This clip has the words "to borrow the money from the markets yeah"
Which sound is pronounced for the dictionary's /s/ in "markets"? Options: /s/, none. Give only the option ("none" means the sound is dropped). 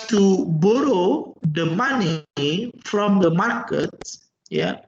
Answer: none